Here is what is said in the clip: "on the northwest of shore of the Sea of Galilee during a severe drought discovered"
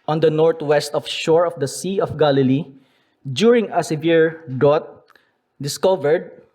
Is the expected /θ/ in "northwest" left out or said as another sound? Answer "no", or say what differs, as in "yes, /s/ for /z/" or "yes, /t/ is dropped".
yes, /t/ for /θ/